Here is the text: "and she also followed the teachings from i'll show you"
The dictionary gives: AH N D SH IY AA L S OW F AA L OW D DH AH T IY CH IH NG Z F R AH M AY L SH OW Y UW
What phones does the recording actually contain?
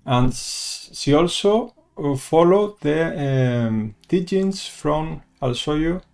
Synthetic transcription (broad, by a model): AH N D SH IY AA L S OW F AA L OW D DH AH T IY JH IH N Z F R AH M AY L S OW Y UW